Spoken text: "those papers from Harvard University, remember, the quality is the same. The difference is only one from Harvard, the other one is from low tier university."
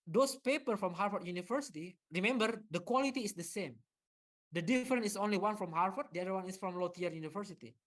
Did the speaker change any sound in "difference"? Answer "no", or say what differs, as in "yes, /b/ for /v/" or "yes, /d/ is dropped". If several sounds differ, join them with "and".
yes, /s/ is dropped